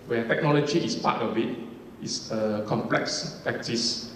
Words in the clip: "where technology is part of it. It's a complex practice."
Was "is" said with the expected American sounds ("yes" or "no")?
no